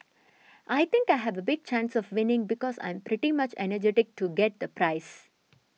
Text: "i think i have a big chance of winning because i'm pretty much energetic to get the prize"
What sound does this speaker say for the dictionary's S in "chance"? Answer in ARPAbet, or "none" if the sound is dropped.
S